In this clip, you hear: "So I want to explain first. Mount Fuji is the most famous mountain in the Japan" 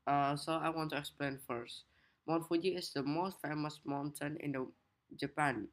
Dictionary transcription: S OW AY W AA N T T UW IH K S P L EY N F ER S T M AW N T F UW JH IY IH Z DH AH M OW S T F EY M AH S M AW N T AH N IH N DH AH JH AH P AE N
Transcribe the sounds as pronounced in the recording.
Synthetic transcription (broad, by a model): S OW AY W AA N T T UW IH K S P L EY N F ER S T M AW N F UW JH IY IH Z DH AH M OW S T F EY M AH S M AW N T AH N IH N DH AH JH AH P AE N